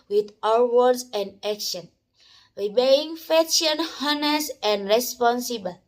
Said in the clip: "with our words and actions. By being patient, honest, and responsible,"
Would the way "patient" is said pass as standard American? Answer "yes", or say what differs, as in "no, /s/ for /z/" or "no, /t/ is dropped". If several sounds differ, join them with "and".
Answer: no, /f/ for /p/